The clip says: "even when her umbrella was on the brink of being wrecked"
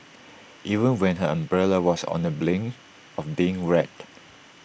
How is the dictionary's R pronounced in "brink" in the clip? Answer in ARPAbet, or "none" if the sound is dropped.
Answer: L